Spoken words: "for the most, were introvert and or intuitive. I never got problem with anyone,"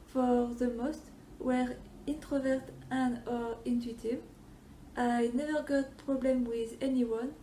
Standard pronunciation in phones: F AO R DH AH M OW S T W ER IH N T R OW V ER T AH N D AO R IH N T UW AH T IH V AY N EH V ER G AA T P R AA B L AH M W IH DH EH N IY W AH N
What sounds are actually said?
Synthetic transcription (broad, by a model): F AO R DH AH M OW S T W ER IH N T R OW V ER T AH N AO R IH N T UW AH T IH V AY N EH V ER G AA T P R AA B L AH M W IH DH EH N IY W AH N